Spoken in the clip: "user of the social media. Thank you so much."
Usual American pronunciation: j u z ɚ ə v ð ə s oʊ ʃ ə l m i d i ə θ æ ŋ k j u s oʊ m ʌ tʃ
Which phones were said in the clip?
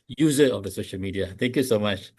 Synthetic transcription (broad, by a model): j u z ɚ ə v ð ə s oʊ ʃ ə l m i d i ə t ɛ ŋ k j u s oʊ m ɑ tʃ